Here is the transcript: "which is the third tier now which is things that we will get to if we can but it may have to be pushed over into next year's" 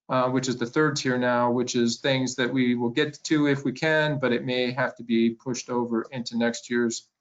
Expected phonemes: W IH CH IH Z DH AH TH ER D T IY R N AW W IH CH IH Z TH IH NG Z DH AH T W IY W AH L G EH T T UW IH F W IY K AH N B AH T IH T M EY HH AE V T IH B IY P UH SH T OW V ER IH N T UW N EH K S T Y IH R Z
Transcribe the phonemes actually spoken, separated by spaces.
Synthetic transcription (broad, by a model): W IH CH IH Z DH AH TH ER D T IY R N AW W IH CH IH Z TH IH NG Z DH AH T W IY W AH L G EH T T UW IH F W IY K AH N B AH T IH T M EY HH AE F T IH B IY P UH SH T OW V ER IH N T UW N EH K S T Y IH R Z